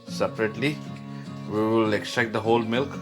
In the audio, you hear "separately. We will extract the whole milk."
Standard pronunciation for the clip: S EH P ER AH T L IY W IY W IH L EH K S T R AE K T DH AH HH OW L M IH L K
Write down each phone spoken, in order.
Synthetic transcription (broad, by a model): S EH P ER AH T L IY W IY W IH L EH K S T EH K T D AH HH OW L M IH L K